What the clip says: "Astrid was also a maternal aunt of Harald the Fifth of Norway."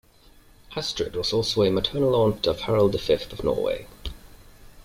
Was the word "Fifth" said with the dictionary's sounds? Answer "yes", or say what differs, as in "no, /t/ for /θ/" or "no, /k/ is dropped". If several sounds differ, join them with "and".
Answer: yes